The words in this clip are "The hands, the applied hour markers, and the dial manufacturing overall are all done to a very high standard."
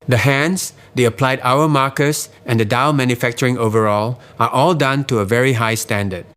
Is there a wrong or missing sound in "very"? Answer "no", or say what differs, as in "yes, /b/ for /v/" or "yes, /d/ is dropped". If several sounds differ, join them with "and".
no